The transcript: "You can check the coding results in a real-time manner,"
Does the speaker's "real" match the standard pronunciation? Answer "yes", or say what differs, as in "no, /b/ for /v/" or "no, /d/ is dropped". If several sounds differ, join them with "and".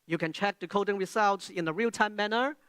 yes